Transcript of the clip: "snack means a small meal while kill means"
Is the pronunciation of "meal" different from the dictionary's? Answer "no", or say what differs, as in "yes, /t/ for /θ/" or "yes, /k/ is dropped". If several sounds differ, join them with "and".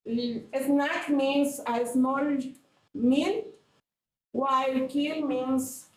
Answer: yes, /n/ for /l/